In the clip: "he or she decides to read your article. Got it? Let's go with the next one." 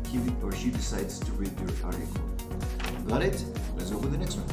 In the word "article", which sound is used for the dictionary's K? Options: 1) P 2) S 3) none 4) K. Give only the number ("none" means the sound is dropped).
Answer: 3